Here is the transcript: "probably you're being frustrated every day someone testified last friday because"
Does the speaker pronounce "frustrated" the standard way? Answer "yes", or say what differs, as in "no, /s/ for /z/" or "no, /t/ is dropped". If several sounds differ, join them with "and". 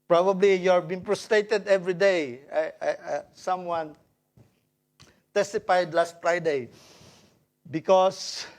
no, /p/ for /f/